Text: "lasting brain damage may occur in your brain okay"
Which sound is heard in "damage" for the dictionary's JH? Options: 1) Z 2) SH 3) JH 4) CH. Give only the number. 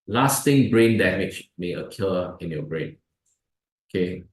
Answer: 4